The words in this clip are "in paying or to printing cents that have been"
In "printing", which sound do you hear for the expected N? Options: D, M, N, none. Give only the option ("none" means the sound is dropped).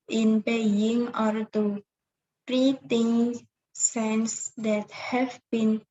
none